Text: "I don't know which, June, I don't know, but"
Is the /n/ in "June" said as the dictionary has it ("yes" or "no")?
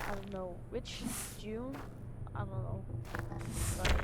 no